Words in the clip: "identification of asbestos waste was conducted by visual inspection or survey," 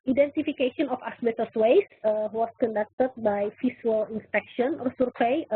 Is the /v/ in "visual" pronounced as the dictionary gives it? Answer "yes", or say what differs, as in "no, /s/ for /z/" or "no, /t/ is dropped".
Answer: no, /f/ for /v/